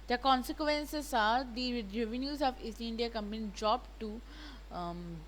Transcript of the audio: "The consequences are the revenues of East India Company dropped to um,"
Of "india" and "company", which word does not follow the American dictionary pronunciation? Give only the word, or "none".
company